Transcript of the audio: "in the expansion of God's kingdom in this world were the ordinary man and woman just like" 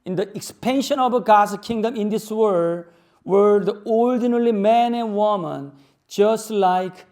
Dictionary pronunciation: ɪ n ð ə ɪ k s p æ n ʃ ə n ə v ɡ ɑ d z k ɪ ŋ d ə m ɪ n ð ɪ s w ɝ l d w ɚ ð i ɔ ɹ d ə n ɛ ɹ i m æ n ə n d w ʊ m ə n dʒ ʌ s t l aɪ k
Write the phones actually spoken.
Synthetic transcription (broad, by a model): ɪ n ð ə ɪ k s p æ n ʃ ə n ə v ɡ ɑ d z k ɪ ŋ d ə m ɪ n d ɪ s w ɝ d w ɚ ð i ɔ l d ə n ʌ l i m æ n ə n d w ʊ m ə n dʒ ʌ s t l aɪ k